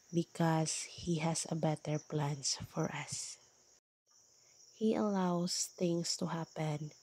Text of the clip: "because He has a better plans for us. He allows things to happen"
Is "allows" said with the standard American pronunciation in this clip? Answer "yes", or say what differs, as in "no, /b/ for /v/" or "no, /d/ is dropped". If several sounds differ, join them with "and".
no, /s/ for /z/